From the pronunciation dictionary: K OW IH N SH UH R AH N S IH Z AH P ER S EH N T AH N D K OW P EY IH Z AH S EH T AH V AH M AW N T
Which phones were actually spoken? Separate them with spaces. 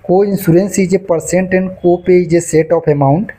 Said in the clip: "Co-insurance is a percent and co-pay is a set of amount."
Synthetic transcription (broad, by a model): K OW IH N S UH R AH N S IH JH AH P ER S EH N T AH N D K OW P EY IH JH AH S EH T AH P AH M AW N T